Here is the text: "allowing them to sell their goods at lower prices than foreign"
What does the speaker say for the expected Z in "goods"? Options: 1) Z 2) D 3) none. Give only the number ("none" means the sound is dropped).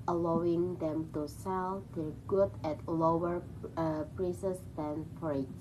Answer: 3